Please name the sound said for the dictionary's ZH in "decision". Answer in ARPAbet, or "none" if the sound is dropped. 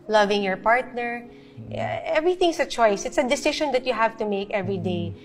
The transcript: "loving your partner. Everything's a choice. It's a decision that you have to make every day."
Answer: SH